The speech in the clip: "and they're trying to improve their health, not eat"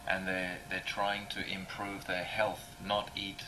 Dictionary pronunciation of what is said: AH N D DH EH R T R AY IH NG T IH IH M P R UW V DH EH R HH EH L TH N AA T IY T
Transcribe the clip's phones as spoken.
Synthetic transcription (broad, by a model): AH N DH DH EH R T R AY IH NG T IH IH M P R UW V DH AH R HH EH L TH N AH T IY T